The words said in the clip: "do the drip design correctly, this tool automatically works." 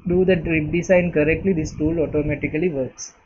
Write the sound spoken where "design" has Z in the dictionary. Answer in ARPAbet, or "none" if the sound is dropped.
S